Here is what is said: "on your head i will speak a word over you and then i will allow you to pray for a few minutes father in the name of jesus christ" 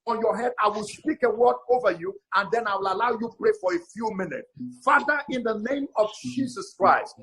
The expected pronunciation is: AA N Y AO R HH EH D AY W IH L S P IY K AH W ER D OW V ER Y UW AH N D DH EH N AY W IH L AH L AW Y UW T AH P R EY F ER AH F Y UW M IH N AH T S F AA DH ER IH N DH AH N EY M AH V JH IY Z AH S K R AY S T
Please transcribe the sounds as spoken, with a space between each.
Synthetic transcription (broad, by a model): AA N Y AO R HH EH D AY W IH L S P IY K AH W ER D OW V ER Y UW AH N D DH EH N AY W IH L AH L AW Y UW P R EY F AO AH F Y UW M IH N AH T S F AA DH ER IH N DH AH N EY M AH V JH IY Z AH S K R AY S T